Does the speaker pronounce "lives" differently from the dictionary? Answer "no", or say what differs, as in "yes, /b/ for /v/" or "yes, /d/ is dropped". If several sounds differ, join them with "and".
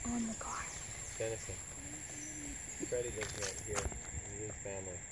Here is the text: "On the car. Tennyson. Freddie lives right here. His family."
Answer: yes, /v/ is dropped